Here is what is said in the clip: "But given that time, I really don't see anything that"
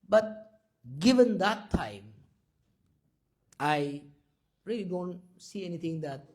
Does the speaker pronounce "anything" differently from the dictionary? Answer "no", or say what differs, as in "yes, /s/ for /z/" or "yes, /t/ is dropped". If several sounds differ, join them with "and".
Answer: yes, /t/ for /θ/